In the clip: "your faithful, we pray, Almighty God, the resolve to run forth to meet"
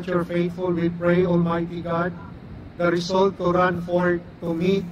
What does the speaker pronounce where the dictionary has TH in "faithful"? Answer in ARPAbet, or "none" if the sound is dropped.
T